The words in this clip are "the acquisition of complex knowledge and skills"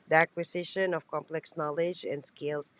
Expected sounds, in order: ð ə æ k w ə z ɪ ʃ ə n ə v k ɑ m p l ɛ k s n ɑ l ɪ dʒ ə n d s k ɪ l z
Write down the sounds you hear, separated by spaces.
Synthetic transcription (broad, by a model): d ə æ k w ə s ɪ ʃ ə n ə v k ɑ m p l ɛ k s n ɑ l ɪ dʒ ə n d s k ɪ l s